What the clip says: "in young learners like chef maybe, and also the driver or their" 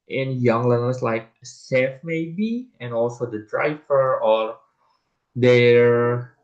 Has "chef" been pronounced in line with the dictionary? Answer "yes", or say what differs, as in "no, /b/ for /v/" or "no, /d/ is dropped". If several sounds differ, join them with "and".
no, /s/ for /ʃ/